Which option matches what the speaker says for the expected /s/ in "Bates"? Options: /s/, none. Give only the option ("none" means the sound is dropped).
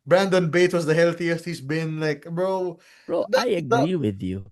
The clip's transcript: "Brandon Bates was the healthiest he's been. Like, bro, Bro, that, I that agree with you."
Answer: none